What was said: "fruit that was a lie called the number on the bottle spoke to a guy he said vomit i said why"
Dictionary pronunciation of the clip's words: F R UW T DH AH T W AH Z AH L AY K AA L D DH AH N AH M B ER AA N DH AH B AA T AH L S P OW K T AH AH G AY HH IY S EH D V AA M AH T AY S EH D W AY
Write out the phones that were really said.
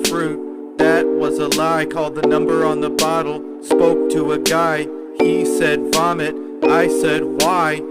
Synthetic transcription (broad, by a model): F R UW T DH AH T W AH Z AH L AY K AA L D DH AH N AH M B ER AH N DH AH B AA T L S P OW K T AH AH G AY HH IY S EH D F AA M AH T AY S EH D W AY